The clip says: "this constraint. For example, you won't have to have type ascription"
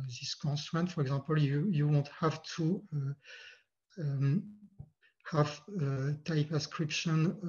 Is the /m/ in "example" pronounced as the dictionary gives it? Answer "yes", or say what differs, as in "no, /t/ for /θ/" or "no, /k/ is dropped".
no, /m/ is dropped